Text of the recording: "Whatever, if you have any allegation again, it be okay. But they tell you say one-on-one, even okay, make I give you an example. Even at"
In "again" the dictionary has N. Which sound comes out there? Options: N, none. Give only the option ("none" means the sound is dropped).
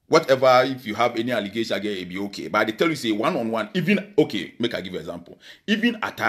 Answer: none